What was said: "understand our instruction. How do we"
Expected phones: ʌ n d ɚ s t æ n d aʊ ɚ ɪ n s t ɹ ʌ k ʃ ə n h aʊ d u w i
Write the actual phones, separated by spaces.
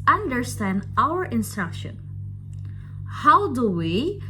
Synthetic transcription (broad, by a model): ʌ n d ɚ s t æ n d aʊ ɚ ɪ n s t ɹ ʌ k ʃ ə n h aʊ d u w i